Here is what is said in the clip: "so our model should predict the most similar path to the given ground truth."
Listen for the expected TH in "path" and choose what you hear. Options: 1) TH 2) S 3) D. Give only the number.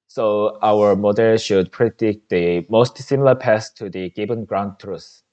2